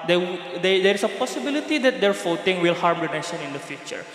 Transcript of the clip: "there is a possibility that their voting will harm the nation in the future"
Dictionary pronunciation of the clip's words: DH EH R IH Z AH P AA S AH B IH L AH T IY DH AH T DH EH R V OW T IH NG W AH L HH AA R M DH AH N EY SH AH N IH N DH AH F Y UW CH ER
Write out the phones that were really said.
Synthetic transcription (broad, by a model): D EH R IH S AH P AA S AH B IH L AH T IY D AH T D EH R F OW T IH NG W AH L HH AA R M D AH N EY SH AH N IH N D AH F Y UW CH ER